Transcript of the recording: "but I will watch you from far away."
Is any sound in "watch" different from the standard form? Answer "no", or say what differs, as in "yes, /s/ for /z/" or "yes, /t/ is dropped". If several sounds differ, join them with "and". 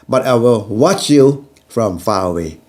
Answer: no